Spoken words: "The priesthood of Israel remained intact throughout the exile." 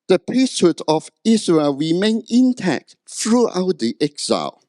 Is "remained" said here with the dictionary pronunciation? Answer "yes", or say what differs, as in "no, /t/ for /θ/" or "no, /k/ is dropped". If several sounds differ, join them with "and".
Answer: no, /d/ is dropped